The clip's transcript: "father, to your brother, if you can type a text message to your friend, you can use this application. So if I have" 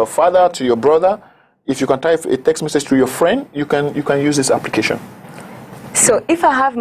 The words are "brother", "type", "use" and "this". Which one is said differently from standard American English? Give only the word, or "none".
type